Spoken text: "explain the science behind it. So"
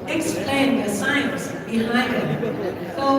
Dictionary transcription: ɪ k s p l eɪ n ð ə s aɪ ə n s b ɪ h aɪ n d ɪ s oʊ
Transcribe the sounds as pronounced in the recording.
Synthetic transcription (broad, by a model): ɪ k s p l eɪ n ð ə s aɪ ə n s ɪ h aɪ d ɪ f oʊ